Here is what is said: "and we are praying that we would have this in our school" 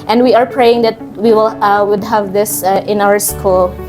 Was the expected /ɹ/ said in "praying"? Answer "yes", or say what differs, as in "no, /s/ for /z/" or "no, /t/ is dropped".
yes